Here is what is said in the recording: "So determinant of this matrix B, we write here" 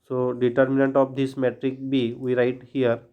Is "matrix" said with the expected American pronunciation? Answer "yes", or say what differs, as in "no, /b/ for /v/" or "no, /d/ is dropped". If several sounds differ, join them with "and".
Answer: no, /s/ is dropped